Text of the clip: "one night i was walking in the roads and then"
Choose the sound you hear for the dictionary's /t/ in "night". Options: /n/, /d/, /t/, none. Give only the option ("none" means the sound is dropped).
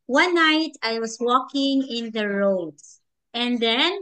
/t/